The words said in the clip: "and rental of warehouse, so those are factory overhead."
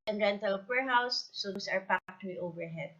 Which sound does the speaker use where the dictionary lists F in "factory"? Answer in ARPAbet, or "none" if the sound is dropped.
P